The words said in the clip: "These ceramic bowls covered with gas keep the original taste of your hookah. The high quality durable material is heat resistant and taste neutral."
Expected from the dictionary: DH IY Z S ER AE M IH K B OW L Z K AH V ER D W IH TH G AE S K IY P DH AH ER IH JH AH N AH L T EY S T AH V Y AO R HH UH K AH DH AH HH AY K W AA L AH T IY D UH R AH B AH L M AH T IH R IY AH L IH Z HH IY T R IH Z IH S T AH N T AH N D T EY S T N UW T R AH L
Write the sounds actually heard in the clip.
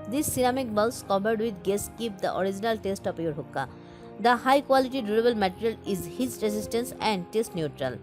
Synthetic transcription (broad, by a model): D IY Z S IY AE M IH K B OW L S K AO P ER D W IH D G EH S K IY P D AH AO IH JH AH N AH L T EY S T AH P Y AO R HH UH K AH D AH HH AY K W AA L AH T IY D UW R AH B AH L M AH T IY R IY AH L IH Z HH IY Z R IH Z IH S T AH N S AH N D T EY S T N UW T R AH L